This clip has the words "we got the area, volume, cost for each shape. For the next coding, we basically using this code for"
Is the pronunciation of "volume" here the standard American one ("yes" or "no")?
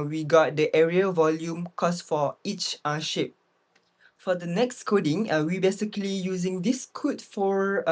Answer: yes